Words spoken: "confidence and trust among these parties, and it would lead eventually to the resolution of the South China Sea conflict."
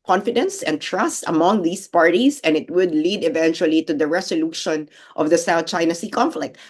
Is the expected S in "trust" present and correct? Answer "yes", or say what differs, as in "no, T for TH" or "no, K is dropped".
yes